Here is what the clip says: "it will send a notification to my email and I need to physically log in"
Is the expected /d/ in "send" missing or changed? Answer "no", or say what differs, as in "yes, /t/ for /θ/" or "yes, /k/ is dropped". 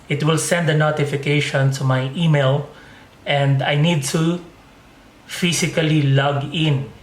no